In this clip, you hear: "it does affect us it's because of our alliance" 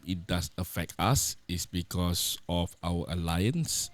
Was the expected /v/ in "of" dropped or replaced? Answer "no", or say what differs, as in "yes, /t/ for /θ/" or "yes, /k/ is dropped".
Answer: yes, /f/ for /v/